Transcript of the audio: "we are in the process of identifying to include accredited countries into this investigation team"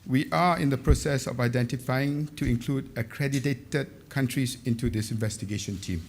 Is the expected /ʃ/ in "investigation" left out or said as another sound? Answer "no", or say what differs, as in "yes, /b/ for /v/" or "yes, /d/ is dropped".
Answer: no